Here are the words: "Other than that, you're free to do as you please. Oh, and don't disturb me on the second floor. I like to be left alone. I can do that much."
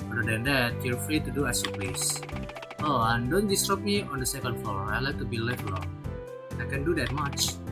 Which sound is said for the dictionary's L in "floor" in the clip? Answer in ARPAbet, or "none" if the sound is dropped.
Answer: none